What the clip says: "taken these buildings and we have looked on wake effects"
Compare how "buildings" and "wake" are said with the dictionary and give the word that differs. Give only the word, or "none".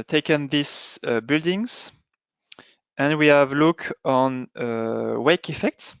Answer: none